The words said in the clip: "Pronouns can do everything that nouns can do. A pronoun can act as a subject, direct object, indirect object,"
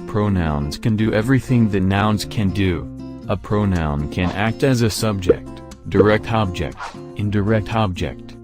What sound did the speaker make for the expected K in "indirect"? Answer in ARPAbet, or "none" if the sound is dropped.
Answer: K